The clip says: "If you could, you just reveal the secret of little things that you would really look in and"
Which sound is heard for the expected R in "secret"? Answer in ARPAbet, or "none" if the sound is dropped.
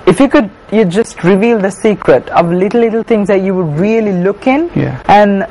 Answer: R